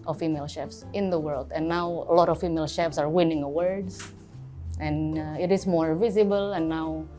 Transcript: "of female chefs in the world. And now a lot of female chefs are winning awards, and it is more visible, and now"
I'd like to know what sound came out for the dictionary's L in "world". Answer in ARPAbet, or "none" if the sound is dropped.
L